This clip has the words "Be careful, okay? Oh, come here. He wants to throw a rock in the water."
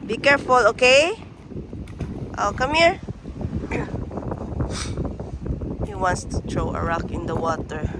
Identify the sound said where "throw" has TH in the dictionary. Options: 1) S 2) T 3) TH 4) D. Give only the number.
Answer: 2